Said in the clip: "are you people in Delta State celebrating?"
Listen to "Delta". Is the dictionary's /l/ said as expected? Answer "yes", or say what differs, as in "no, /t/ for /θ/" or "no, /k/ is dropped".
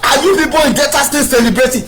no, /l/ is dropped